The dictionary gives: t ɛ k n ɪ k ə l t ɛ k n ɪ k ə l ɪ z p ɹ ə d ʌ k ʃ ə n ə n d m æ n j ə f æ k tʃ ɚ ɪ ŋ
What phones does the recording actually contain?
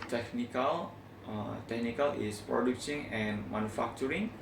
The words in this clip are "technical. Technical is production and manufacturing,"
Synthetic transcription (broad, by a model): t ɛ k n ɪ k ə l t ɛ k n ɪ k ə l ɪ s p ɹ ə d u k s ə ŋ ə n m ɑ n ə f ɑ k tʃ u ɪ ŋ